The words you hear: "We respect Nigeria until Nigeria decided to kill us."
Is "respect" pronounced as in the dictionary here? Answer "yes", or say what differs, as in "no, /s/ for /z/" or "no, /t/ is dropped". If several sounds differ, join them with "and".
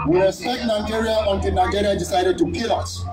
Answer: no, /p/ is dropped and /k/ is dropped